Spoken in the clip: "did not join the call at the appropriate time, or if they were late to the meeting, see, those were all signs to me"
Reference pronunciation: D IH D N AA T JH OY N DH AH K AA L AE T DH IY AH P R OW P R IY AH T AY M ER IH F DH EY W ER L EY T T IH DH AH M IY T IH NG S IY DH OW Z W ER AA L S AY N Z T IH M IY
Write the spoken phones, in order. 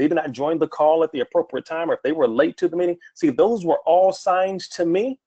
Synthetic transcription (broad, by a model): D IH D N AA T JH OY N DH AH K AA L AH T DH IY AH P R OW P R IY AH T AY M ER IH F DH EY W ER L EY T T IH DH AH M IY T IH NG S IY DH OW Z W ER AA L S AY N T IH M IY